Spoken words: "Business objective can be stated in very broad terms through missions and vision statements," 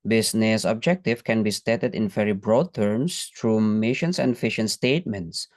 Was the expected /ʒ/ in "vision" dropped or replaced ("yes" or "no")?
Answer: yes